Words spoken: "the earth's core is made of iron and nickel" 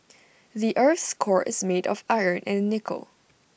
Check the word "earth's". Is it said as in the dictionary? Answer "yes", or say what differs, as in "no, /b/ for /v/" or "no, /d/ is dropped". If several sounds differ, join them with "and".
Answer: yes